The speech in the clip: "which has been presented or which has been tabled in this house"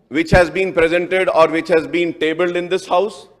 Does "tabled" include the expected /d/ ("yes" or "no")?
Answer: yes